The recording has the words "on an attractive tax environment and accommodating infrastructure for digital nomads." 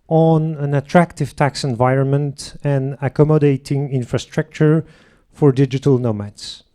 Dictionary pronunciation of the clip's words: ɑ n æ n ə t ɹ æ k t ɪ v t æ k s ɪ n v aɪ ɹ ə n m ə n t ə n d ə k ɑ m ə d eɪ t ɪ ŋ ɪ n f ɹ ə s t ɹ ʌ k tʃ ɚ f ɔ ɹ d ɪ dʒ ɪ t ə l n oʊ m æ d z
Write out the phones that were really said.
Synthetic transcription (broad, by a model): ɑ n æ n ə t ɹ æ k t ɪ v t æ k s ɪ n v aɪ ɹ ə n m ə n t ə n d ə k ɑ m ə d eɪ t ɪ ŋ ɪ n f ɹ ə s t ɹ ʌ k tʃ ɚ f ɔ ɹ d ɪ dʒ ɪ t ə l n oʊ m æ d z